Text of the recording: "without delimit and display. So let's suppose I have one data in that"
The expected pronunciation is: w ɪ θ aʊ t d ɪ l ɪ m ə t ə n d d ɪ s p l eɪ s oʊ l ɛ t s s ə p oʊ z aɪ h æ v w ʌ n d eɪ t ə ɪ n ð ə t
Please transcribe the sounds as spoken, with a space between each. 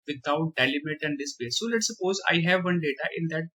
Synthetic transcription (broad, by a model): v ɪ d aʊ t d ɪ l ɪ m ə t ə n d d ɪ s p eɪ s oʊ l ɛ t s s ə p oʊ z aɪ h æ v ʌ n d eɪ t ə ɪ n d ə t